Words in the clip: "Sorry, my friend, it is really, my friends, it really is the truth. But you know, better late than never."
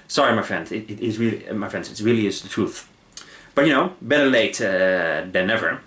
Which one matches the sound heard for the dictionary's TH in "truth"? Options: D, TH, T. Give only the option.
TH